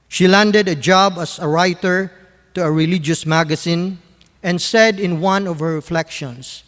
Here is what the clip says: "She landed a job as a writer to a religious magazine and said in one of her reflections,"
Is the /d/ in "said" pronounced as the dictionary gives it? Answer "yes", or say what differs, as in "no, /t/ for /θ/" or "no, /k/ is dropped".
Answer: yes